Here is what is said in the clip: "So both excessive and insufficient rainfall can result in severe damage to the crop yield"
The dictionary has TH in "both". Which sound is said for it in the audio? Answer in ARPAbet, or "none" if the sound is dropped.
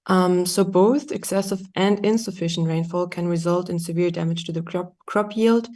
TH